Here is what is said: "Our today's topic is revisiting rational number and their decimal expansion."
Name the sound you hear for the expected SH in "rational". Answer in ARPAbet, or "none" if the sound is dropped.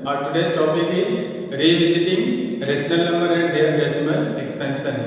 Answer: S